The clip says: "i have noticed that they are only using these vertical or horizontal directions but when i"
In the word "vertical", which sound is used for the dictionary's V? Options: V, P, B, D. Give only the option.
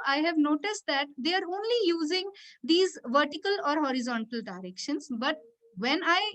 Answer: V